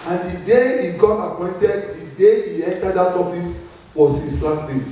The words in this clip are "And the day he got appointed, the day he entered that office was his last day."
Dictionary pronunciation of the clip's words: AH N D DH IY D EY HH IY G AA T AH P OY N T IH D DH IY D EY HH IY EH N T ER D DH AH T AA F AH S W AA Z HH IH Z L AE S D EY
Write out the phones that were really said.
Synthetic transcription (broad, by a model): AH N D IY D EY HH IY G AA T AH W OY N T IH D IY D EY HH IY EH N T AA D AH T AA F AH S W AA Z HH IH S L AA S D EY